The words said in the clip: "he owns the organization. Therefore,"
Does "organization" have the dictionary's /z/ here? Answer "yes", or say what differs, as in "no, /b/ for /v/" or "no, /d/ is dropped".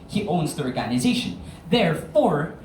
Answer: yes